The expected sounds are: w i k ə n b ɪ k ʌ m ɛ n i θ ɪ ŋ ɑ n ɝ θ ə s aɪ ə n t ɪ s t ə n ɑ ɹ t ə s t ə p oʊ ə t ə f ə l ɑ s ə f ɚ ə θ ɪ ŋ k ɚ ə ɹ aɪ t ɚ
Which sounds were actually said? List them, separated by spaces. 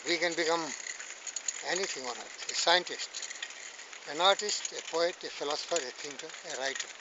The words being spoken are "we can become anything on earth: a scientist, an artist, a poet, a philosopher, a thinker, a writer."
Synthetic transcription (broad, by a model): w i k ə n b ɪ k ʌ m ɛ n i t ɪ ŋ ɑ n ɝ t ə s aɪ ə n t ɪ s t ə n ɑ ɹ t ə s t ə p oʊ ə t ə f ə l ɑ s ə f ɚ ə t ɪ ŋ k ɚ ə ɹ aɪ t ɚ